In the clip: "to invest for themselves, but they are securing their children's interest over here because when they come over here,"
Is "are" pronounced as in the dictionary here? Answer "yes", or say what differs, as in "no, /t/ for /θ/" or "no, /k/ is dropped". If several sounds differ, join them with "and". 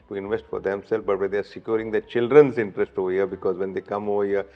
yes